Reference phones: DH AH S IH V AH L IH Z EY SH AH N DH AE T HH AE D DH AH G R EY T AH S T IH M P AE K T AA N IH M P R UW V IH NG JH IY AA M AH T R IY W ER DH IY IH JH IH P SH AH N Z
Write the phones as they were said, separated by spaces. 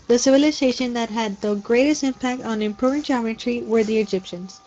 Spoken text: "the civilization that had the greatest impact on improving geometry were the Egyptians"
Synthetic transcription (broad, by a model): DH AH S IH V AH L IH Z EY SH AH N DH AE T HH AE D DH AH G R EY T AH S T IH M P AE K T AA N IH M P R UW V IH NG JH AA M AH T R IY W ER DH IY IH JH IH P SH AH N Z